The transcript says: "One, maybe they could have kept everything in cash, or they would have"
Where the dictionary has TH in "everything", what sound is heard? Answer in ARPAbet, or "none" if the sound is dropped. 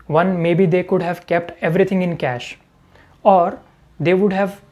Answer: T